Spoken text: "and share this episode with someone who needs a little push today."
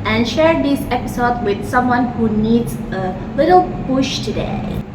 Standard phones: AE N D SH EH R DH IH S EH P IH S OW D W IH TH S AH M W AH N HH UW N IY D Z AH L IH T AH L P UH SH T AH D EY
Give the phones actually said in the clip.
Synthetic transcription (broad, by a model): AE N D SH EH R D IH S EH P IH S OW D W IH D S AH M W AH N HH UW N IY D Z AH L IH T AH L P UH SH T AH D EY